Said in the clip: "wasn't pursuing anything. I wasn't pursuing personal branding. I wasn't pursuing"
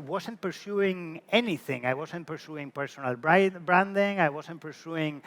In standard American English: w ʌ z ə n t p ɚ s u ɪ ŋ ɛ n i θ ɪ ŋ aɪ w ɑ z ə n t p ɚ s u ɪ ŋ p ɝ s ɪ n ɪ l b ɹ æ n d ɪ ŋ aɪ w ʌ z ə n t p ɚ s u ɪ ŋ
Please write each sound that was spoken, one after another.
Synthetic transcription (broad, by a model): w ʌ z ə n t p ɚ s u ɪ ŋ ɛ n i θ ɪ ŋ aɪ w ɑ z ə n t p ɚ s u ɪ ŋ p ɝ s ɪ n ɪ l b ɹ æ n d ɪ ŋ aɪ w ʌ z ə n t p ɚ s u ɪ ŋ